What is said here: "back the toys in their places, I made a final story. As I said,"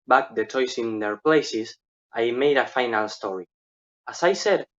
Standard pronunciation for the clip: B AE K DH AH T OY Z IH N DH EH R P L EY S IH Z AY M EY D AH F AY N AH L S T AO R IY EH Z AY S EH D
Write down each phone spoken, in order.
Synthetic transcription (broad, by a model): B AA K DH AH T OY S IH N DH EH R P L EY S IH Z AY M EY D AH F AY N AH L S T AO R IY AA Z AY S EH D